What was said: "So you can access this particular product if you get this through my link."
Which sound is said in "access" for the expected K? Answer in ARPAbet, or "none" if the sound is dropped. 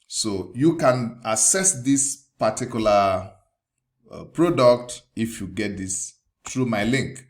none